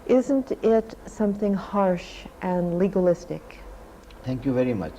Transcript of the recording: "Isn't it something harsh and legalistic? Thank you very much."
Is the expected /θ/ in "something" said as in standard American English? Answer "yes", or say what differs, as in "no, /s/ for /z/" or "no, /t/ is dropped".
yes